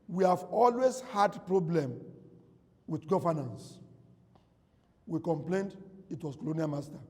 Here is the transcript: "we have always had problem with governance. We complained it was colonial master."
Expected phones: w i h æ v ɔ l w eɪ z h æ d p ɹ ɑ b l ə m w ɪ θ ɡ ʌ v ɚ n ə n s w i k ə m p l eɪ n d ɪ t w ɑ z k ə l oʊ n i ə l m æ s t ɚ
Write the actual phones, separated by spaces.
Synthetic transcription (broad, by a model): w i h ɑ v ɔ l w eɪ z h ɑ d p ɹ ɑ b l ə m w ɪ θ ɡ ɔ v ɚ n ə n s w i k ə m p l eɪ n d ɪ t w ɑ s k ə l oʊ n i ə l m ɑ s t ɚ